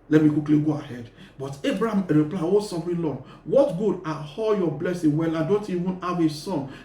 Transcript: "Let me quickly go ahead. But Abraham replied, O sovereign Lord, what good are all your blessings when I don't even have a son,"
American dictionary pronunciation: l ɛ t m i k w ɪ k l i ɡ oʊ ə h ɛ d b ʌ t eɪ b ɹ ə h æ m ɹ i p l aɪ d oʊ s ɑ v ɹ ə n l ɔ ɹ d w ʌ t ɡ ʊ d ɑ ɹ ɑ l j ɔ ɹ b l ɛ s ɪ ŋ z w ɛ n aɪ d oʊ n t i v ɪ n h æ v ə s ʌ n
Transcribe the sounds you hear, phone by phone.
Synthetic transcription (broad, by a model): l ɛ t m i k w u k l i ɡ oʊ ə h ɛ d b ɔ t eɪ b ɹ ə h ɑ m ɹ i p l aɪ oʊ s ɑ f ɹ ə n l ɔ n w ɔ t ɡ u d ɑ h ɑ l j ɔ b l ɛ s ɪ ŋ w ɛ l aɪ d oʊ n t i v ɪ n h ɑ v ə s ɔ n